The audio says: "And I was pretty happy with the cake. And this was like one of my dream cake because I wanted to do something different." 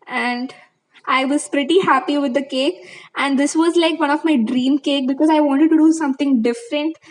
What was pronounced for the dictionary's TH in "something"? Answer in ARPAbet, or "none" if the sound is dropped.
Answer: T